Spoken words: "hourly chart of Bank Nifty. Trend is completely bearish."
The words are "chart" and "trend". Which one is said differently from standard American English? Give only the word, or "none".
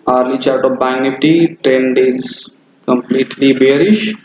none